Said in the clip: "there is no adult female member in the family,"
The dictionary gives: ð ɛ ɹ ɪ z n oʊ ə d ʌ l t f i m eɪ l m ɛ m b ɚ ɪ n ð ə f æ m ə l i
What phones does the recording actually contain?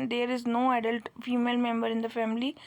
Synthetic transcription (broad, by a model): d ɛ ɹ ɪ z n oʊ ə d ʌ l t f i m eɪ l m ɛ m b ɚ ɪ n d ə f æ m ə l i